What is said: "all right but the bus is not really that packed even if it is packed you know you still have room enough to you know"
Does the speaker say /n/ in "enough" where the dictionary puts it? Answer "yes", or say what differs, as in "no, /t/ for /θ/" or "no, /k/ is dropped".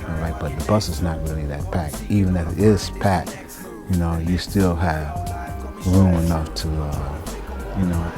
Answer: yes